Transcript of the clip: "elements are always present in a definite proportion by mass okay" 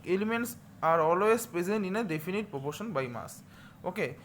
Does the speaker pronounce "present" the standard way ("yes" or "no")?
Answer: no